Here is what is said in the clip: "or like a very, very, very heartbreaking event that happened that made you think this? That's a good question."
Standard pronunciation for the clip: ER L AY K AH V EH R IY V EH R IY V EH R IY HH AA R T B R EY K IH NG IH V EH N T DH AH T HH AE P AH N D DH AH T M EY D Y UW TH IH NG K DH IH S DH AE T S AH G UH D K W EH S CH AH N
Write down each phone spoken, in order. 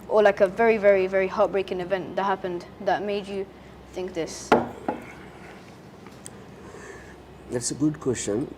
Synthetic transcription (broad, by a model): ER L AY K AH V EH R IY V EH R IY V EH R IY HH AA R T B R EY K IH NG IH V EH N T DH AH T HH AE P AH N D DH AH T M EY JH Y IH TH IH NG K DH IH S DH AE T S AH G UH D K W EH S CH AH N